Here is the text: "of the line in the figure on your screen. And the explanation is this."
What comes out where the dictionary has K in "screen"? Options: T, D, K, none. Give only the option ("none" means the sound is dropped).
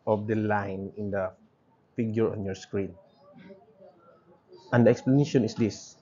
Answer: K